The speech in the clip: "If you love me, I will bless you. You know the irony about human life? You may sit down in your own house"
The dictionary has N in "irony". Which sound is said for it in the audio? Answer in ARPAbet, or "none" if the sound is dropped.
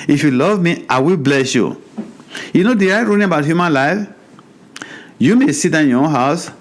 L